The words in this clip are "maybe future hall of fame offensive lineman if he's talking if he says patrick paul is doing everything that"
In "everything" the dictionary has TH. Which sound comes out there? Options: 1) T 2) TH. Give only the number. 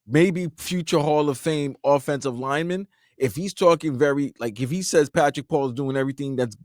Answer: 2